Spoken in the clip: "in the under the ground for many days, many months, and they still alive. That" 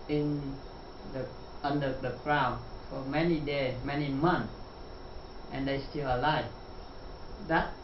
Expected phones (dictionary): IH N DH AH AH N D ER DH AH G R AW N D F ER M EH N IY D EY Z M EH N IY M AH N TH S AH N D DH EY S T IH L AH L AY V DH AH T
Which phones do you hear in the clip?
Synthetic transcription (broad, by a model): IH N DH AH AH N D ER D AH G R AW N F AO M EH N IY D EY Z M EH N IY M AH N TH AH N D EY S T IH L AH L AY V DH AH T